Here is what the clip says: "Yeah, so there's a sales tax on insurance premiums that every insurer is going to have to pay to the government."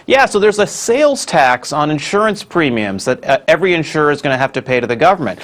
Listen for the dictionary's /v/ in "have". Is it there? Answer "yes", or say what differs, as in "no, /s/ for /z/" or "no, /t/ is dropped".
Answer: no, /f/ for /v/